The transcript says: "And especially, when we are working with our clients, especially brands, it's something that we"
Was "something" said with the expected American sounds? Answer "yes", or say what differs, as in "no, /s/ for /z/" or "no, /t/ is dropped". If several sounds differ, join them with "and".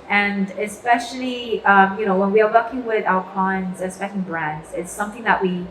yes